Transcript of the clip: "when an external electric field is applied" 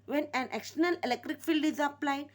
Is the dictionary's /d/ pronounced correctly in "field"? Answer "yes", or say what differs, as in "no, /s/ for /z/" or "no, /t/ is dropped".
yes